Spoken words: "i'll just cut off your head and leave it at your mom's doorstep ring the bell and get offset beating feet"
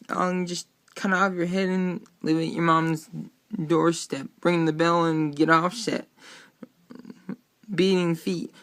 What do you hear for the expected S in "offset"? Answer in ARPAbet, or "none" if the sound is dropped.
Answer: SH